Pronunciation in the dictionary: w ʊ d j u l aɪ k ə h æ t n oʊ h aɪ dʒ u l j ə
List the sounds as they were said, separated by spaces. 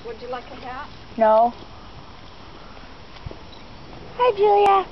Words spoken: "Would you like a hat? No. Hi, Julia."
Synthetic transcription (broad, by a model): w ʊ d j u l aɪ k ə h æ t n oʊ h aɪ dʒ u l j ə